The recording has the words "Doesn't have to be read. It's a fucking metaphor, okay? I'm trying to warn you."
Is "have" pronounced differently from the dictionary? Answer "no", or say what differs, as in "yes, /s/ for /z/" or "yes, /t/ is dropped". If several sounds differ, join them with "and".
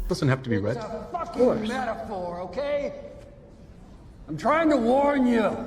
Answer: yes, /f/ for /v/